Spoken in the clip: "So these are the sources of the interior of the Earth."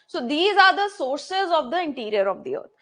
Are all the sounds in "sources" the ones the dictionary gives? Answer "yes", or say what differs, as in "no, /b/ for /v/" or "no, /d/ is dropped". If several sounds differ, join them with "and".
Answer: yes